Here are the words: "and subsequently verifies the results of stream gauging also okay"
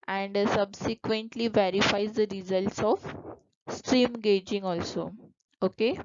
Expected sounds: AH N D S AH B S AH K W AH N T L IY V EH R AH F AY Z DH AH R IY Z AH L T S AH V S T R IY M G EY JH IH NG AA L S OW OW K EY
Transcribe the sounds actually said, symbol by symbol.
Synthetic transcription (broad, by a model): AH N D S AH B S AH K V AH N T L IY V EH R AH F AY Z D AH R IY Z AH L T S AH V S T R IY M G EY JH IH NG AA L S OW OW K EY